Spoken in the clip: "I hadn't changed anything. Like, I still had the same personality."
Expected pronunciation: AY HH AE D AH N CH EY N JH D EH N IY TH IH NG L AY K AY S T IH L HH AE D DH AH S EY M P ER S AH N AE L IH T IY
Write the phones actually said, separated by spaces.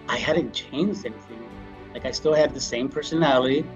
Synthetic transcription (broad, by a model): AY HH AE D N CH EY N JH D EH N IY TH IH NG L AY K AY S T IH L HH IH D DH AH S EY M P ER S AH N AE L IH T IY